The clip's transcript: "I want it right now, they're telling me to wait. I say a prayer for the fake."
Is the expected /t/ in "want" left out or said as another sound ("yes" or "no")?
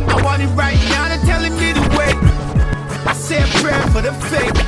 yes